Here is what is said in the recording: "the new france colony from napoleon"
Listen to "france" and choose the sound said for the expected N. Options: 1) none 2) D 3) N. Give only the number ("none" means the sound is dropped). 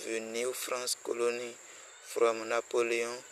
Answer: 1